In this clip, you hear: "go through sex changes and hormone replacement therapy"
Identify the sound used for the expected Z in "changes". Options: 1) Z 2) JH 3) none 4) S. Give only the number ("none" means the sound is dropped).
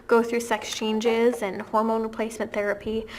1